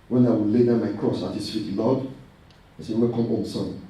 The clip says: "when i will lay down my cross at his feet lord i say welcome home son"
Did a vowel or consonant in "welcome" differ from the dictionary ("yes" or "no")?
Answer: yes